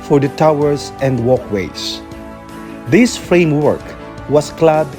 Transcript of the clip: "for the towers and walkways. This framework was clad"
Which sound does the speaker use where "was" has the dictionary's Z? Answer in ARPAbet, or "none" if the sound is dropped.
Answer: S